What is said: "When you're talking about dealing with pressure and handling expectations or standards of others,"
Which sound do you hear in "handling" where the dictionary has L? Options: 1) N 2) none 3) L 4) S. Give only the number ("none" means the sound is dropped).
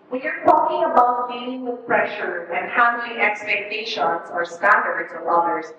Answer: 1